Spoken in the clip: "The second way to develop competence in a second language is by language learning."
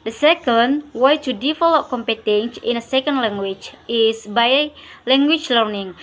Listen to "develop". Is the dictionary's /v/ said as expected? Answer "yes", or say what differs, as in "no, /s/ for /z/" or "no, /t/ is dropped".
no, /f/ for /v/